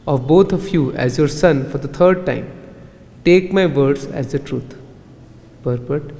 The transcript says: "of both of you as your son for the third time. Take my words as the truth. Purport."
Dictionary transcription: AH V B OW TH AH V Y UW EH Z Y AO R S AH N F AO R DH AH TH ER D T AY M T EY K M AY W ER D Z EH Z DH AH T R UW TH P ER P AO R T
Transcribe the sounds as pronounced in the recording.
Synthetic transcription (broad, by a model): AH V B OW T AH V Y UW EH Z Y AO R S AH N F AO R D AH T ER D T AY M T EY K M AY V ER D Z EH Z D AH T R UW T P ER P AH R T